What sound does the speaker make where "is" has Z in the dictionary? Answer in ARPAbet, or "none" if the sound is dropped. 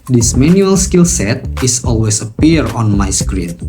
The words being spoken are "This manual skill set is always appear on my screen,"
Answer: S